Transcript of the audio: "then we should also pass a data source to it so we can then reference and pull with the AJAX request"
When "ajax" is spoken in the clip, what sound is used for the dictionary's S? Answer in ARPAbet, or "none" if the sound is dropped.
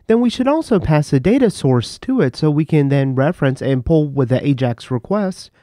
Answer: S